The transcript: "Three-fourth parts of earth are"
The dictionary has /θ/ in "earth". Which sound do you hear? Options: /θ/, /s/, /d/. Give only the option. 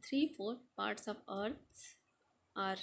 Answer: /s/